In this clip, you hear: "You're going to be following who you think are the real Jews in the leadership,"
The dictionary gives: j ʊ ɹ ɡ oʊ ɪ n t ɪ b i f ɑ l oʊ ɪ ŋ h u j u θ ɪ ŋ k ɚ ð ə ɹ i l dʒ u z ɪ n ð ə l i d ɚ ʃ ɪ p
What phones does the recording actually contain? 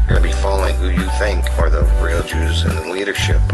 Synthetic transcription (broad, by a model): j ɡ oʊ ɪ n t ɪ b i f ɑ l oʊ ɪ ŋ h u j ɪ θ ɪ ŋ k ɚ ð ə ɹ i l dʒ u z ɪ n ð ə l i d ɚ ʃ ɪ p